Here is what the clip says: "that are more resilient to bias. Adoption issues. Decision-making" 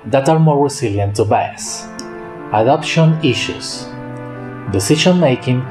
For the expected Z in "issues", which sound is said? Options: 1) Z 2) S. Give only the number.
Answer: 2